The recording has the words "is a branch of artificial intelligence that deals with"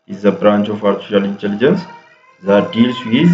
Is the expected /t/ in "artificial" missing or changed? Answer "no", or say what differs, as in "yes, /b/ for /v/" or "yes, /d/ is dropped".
yes, /s/ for /t/